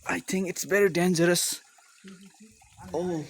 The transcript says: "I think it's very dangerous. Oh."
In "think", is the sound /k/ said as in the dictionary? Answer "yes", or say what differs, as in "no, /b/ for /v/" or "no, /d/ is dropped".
yes